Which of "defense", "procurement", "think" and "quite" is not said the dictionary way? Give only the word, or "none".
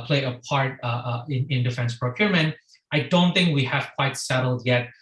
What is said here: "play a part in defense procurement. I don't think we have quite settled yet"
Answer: none